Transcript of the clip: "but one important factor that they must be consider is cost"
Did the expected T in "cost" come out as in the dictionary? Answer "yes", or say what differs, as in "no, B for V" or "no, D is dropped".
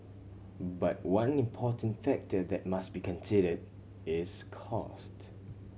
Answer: yes